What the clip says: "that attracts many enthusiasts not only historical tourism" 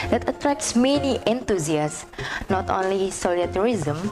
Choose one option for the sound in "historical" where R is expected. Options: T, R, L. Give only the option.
L